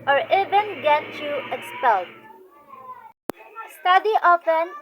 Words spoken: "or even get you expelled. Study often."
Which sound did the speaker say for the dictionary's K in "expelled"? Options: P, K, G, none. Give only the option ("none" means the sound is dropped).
none